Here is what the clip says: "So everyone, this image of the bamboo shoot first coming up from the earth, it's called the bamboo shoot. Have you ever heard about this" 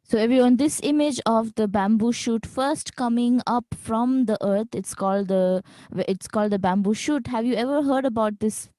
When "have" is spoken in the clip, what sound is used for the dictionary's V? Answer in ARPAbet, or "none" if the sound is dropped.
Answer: V